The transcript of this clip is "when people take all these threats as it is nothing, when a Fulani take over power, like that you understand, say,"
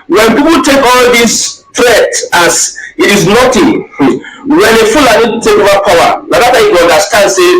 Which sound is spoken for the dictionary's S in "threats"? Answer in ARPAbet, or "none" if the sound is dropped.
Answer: none